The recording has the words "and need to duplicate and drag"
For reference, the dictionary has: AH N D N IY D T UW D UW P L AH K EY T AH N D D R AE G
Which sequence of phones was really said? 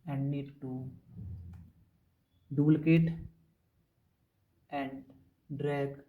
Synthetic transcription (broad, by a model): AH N D N IY D T UW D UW L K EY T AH N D D R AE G